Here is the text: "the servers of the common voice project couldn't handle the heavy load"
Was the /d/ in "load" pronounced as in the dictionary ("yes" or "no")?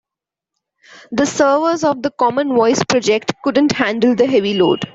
yes